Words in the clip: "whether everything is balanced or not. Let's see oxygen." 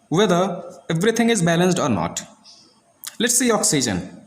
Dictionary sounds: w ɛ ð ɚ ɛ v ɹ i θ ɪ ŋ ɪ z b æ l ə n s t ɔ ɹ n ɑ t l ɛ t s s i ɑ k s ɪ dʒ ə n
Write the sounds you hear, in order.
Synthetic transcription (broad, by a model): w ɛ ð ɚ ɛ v ɹ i t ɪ ŋ ɪ z b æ l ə n s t ɔ ɹ n ɑ t l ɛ t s s i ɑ k s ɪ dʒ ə n